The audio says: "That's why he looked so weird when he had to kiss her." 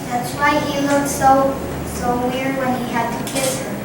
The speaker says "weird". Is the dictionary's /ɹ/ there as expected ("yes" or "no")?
yes